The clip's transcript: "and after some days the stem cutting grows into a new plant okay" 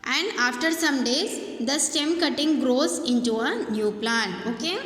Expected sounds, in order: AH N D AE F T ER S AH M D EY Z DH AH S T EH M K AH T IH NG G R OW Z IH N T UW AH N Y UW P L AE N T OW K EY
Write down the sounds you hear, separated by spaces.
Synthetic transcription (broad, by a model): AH N D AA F T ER S AH M D EY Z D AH S T EH M K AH T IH NG G R OW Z IH N T UW AH N Y UW P L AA N OW K EY